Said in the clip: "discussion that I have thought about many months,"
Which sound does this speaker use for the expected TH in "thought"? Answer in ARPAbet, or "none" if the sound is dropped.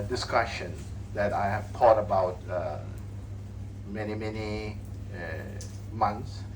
T